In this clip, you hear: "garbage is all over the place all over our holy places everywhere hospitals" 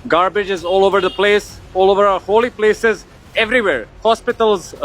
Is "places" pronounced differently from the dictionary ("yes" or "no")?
no